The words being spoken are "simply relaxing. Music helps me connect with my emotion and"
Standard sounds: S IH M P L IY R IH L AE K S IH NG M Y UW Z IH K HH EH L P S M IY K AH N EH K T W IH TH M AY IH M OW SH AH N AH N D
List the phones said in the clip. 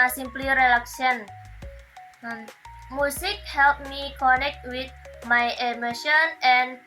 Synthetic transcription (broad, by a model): S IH M P L IY R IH L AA K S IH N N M UW S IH K HH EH L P M IY K AH N EH K T W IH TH M AY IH M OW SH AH N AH N